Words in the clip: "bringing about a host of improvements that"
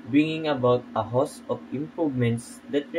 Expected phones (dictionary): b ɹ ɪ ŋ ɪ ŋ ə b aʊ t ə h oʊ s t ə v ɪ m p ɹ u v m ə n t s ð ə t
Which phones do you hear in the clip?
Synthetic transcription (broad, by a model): b ɹ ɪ ŋ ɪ ŋ ə b aʊ t ə h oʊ s ə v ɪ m p ɹ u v m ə n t s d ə t